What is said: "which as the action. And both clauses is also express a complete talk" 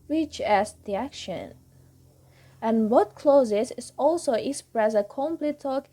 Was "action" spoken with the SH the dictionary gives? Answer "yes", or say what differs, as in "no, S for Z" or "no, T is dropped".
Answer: yes